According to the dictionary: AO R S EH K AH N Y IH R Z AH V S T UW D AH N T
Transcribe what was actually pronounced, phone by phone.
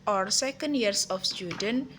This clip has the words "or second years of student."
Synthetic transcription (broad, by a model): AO R S EH K AH N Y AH R S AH F S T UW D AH N